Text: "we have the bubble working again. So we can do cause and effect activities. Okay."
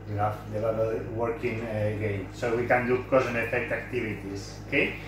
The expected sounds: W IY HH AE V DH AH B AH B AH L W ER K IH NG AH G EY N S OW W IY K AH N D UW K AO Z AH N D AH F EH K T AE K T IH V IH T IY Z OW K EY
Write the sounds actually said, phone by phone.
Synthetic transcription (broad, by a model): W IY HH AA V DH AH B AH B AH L W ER K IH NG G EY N S OW W IY K AH N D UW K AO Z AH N AH F EH K T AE K T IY B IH T IY S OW K EY